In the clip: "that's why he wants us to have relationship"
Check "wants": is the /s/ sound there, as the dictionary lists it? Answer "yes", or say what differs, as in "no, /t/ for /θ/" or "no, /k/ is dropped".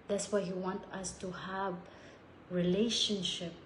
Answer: no, /s/ is dropped